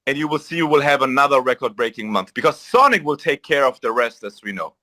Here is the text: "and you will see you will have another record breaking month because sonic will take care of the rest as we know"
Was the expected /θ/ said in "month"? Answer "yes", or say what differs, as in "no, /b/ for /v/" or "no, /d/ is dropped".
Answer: yes